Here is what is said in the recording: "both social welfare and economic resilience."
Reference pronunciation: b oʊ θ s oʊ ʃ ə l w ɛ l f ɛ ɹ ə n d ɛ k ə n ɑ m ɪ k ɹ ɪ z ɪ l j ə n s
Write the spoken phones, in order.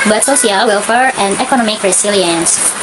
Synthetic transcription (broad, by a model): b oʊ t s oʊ s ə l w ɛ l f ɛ ɹ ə n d ɛ k ə n ɑ m ɪ k ɹ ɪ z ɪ l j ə n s